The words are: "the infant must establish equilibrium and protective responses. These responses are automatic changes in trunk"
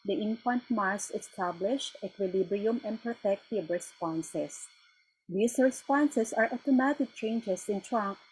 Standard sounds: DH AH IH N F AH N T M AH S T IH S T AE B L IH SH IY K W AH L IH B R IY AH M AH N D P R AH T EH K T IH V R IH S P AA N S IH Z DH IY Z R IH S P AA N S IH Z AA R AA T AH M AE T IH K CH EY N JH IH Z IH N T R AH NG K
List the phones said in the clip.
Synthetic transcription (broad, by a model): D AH IH N F AH N T M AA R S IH S T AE B L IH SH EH K W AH L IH B R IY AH M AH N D P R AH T EH K T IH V R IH S P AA N S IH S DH IY S R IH S P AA N S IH S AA R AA T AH M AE T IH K CH EY N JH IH S IH N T R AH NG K